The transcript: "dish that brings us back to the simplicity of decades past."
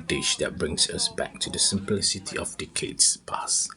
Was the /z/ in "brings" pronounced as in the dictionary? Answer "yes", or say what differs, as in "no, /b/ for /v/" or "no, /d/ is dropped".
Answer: no, /s/ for /z/